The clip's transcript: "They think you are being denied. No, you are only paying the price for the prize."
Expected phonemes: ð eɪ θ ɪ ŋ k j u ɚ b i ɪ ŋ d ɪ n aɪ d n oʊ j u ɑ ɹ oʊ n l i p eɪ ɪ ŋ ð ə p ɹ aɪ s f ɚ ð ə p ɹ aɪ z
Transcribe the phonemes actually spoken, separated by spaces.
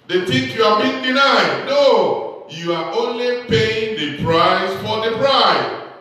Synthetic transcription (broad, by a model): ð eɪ t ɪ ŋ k j u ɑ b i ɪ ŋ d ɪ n aɪ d n oʊ j u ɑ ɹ oʊ n l i p eɪ ɪ ŋ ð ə p ɹ aɪ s f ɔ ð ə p ɹ aɪ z